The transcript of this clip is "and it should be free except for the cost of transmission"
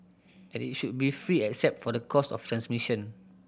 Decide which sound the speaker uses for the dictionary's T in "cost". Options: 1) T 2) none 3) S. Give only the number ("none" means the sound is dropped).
2